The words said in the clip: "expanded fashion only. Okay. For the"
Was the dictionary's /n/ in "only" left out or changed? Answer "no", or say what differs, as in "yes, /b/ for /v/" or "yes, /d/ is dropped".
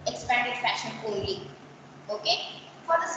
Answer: yes, /n/ is dropped